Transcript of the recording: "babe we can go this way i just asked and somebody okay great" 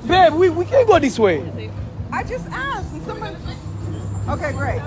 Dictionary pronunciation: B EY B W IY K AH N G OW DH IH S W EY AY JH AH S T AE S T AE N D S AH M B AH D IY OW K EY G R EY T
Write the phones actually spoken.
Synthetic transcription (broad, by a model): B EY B W IY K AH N G OW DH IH S W EY AY JH AH S T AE S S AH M AH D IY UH K EY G R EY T